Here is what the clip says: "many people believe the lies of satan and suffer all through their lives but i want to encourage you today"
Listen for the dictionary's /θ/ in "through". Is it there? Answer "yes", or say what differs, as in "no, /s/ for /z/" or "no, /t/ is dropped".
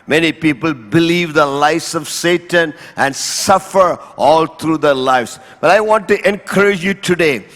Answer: no, /t/ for /θ/